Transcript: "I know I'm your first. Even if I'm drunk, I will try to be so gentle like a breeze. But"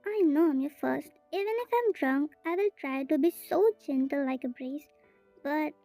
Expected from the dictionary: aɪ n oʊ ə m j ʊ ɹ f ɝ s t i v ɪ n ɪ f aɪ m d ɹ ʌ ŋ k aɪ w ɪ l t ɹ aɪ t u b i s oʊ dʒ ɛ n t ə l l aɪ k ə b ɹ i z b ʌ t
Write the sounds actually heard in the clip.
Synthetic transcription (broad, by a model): aɪ n oʊ ə m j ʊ f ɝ s t i v ɪ n ɪ f aɪ m d ɹ ʌ ŋ k aɪ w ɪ l t ɹ aɪ t u b i s oʊ dʒ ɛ n t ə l l aɪ k ə b ɹ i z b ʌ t